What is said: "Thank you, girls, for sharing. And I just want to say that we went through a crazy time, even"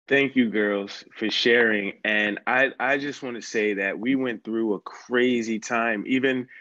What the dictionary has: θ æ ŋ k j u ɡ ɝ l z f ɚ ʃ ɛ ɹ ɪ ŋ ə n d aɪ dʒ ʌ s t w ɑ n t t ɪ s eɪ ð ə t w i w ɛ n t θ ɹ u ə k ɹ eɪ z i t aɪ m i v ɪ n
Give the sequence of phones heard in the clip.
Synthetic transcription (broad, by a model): θ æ ŋ k j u ɡ ɝ l z f ɚ ʃ ɛ ɹ ɪ ŋ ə n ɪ aɪ dʒ ʌ s t w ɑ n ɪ s eɪ ð ə t w i w ɛ n θ ɹ u ə k ɹ eɪ z i t aɪ m i v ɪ n